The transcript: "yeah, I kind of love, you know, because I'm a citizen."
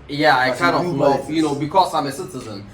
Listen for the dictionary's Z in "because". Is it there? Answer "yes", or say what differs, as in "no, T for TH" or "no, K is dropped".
no, S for Z